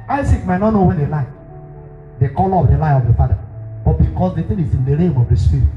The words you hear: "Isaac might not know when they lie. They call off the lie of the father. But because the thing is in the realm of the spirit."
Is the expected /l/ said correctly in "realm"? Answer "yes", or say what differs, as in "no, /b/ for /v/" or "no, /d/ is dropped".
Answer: no, /l/ is dropped